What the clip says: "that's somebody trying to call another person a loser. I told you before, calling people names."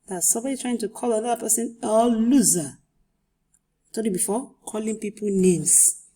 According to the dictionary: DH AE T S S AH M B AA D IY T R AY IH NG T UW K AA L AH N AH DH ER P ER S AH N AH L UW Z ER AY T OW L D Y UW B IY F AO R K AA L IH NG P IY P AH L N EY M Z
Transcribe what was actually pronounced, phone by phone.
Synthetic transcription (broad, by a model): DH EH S S AH M B AA D IY T R AY IH NG T UW K AA L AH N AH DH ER P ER S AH N AH L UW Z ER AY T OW D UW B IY F AO K AA L IH NG P IY P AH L N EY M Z